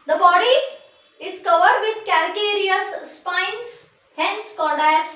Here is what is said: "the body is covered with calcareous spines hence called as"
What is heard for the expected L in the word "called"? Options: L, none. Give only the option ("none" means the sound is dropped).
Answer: none